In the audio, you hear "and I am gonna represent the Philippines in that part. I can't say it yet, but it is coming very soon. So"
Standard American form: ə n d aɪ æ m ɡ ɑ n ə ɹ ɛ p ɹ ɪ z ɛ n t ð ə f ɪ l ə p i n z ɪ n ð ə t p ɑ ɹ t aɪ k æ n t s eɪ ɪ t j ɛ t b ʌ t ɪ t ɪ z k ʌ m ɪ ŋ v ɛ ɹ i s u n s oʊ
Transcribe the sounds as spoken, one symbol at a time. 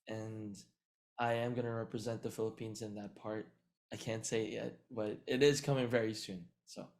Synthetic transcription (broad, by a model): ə n aɪ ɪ m ɡ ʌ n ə ɹ ɛ p ɹ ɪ z ɛ n ð ə f ɪ l ə p i n z ɪ n ð ə t p ɑ ɹ t aɪ k æ n t s eɪ ɪ t j ɛ t b ʌ t ɪ t ɪ z k ʌ m ɪ ŋ v ɛ ɹ i s u n s oʊ